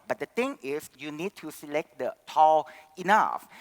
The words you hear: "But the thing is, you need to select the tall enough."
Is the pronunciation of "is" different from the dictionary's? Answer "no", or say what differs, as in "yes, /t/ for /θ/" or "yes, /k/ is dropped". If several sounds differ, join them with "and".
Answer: yes, /s/ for /z/